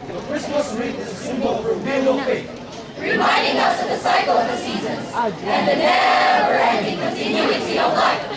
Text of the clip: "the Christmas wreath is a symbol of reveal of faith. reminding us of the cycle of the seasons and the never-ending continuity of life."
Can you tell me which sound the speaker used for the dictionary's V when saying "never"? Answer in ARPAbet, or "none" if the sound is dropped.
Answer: none